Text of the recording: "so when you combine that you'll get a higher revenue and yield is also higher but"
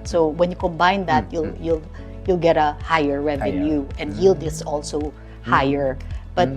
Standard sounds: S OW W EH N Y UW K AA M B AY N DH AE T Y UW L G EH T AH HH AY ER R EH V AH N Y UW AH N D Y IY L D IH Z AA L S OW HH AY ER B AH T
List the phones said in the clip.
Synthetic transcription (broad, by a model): S OW W EH N Y UW K AA M B AY N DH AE T Y UW L G EH T AH HH AY ER R EH V AH N Y UW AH N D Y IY L D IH S AA L S OW HH AY ER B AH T